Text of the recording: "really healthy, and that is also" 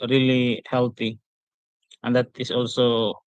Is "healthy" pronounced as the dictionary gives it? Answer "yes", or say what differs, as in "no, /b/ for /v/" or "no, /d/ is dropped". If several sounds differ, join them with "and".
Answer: no, /t/ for /θ/